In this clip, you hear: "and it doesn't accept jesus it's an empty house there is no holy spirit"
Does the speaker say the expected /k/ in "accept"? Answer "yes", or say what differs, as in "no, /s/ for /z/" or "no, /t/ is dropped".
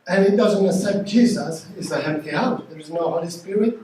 no, /k/ is dropped